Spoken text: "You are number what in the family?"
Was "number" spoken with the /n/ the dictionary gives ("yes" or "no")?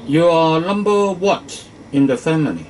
no